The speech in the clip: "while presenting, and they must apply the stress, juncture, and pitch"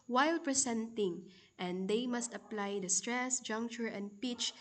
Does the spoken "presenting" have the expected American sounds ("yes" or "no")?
no